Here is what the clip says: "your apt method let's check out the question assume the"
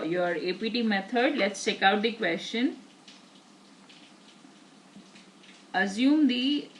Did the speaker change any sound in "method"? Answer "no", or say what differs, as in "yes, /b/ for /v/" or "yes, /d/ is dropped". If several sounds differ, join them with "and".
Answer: yes, /t/ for /θ/